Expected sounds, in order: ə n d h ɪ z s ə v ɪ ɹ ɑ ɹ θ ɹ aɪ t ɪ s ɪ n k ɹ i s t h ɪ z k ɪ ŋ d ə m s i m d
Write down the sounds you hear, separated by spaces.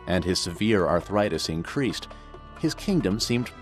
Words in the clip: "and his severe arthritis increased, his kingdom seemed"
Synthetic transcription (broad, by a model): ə n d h ɪ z s ə v ɪ ɹ ɑ ɹ θ ɹ aɪ t ɪ s ɪ n k ɹ i s t h ɪ z k ɪ ŋ d ə m s i m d